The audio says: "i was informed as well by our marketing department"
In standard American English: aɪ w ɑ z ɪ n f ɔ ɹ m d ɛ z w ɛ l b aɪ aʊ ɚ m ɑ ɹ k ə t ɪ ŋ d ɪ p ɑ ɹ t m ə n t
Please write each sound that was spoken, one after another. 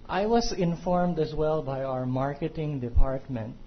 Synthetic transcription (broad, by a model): aɪ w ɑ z ɪ n f ɔ ɹ m d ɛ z w ɛ l b aɪ aʊ ɚ m ɑ ɹ k ə t ɪ ŋ d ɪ p ɑ ɹ t m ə n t